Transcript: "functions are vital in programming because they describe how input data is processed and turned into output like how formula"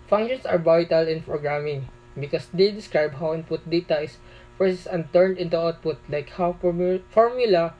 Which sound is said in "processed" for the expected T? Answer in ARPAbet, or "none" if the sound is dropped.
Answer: none